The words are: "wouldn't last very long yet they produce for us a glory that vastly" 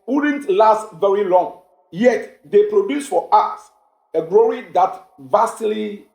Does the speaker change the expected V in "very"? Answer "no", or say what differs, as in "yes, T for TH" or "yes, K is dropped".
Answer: no